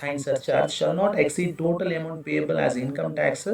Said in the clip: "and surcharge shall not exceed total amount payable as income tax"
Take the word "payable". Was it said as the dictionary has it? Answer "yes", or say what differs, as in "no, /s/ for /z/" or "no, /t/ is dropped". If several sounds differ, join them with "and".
yes